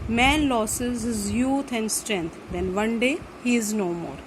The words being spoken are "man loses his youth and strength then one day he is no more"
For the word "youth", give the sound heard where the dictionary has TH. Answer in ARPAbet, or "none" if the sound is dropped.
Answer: T